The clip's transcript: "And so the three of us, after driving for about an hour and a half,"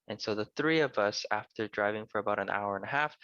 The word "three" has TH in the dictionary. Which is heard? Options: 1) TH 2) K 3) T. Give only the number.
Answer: 1